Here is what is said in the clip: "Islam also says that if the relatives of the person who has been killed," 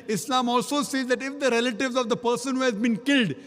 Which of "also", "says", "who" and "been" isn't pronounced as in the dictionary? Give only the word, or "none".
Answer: none